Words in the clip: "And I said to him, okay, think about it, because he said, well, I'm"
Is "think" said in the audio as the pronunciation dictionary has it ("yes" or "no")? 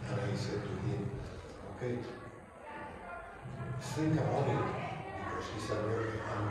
no